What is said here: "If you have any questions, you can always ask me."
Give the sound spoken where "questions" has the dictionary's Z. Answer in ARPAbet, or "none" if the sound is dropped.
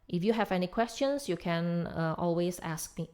S